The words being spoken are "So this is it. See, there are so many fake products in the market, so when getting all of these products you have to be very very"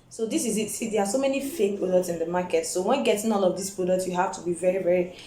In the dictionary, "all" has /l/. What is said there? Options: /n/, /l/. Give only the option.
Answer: /n/